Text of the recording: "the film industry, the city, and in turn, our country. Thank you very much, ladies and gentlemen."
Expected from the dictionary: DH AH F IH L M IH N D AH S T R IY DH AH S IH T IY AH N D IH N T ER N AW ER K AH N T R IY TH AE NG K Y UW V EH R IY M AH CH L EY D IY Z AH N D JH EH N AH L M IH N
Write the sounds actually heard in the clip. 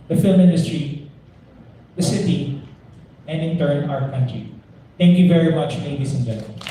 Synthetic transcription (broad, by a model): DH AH F IH L M IH N D AH S T R IY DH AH S IH T IY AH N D IH N T ER N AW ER K AH N T R IY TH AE NG K Y UW V EH R IY M AH CH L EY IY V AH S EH N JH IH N